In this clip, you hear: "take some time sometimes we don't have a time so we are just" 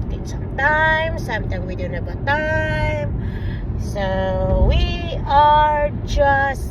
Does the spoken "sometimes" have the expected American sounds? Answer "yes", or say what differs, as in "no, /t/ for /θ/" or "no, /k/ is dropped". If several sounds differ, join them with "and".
no, /z/ is dropped